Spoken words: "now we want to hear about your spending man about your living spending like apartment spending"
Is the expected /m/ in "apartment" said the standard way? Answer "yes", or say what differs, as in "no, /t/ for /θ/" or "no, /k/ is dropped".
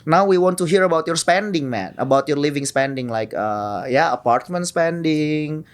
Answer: yes